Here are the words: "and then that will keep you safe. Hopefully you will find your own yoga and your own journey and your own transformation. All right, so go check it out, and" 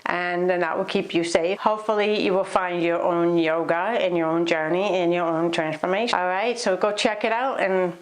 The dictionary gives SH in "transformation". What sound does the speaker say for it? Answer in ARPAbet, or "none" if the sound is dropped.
none